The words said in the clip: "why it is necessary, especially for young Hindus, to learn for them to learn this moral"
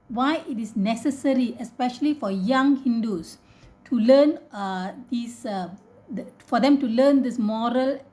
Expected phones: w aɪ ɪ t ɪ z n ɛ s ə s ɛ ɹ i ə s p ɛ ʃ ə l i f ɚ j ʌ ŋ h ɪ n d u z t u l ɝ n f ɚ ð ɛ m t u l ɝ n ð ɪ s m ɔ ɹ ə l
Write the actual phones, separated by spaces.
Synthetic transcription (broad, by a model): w aɪ ɪ t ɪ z n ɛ s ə s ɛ ɹ i ə s p ɛ ʃ ə l i f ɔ j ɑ ŋ h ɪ n d u s t u l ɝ n f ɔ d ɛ m t u l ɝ n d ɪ s m ɔ ɹ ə l